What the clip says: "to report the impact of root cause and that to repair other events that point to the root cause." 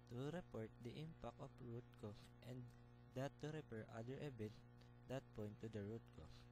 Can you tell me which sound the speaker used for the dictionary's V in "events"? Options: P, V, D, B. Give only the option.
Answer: B